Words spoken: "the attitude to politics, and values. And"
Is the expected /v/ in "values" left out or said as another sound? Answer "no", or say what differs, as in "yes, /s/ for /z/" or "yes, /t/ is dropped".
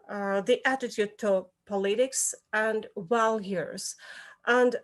yes, /w/ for /v/